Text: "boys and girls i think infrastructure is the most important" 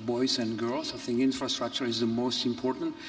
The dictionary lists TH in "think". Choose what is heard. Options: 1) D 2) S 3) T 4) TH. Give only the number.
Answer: 4